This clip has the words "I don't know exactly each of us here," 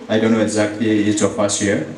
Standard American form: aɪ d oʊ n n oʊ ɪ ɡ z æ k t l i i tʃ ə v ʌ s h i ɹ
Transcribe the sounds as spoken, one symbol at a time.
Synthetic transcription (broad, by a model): aɪ d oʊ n n oʊ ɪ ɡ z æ k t l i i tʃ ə p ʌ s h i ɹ